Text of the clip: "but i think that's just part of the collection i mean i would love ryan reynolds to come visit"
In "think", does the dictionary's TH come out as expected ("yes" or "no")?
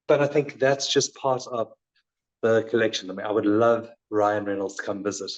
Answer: yes